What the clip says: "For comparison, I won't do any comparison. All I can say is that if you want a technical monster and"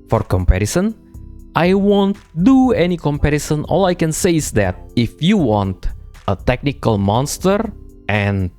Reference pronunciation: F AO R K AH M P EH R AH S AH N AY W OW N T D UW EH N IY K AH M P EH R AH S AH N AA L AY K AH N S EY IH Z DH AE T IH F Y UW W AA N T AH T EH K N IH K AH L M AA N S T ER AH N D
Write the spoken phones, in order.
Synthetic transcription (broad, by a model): F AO R K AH M P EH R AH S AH N AY W OW N T D UW EH N IY K AH M P EH R AH S AH N AA L AY K AH N S EY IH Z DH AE T IH F Y UW W AA N T AH T EH K N IH K AH L M AA N S T ER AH N